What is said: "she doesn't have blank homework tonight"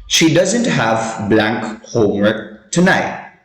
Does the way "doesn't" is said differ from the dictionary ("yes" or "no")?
no